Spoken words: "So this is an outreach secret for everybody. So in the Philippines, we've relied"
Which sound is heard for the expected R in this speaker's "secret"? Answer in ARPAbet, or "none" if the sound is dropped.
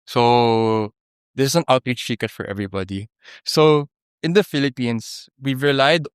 none